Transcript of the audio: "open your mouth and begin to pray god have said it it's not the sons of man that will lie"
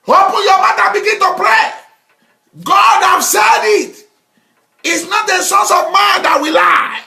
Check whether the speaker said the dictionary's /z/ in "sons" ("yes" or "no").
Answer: no